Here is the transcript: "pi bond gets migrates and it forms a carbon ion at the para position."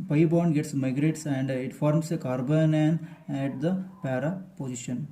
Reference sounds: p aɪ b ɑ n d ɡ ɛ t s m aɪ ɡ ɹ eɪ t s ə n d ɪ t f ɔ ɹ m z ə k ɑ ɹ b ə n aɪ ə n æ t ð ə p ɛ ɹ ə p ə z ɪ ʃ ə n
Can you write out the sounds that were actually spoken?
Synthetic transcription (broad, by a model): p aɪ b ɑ n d ɡ ɛ t s m aɪ ɡ ɹ eɪ t s ə n d ɪ t f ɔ ɹ m s ə k ɑ ɹ b ə n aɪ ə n æ t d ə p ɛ ɹ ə p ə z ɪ ʃ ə n